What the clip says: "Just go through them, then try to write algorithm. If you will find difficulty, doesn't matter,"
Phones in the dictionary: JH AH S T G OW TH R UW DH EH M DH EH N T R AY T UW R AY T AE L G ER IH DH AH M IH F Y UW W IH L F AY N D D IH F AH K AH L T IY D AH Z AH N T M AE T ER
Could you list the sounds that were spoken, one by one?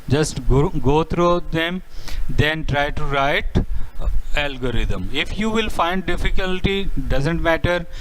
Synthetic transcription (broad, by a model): JH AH S T G OW T R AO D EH M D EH N T R AY T UW R AY T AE L G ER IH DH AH M IH F Y UW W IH L F AY N D D IH F AH K AH L T IY D AH Z AH N T M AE T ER